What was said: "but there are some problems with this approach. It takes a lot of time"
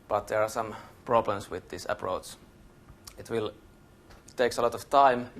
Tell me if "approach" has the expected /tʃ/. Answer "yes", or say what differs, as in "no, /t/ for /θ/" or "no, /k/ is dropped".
no, /s/ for /tʃ/